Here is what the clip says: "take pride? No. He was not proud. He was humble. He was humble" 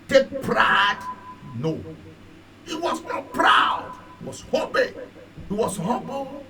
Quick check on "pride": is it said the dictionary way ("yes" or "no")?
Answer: yes